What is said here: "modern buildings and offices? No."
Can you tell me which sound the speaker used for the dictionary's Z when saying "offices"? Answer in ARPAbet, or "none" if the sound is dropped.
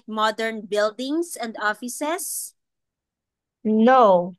S